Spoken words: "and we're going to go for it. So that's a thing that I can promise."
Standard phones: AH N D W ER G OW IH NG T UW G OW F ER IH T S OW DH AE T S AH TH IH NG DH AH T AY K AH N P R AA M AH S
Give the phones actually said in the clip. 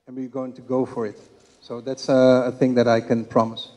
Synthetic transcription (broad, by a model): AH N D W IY G OW IH NG T UW G OW F ER IH T S OW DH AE T S AH TH IH NG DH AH T AY K AH N P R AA M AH S